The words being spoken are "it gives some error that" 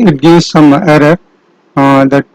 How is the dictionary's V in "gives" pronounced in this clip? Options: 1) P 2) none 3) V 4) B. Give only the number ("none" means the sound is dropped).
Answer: 2